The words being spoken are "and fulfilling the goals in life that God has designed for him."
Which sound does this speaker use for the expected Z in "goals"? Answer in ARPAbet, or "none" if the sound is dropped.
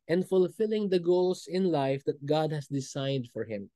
S